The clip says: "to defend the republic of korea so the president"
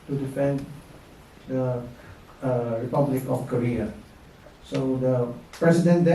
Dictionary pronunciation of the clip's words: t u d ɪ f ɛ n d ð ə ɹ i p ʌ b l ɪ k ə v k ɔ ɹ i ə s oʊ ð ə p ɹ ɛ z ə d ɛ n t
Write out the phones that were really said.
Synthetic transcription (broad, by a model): t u d ɪ f ɛ n d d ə ɹ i p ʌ b l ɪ k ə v k ɔ ɹ i ə s oʊ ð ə p ɹ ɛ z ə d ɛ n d